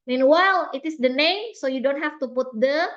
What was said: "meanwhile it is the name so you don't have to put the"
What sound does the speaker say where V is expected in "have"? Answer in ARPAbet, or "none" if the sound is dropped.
F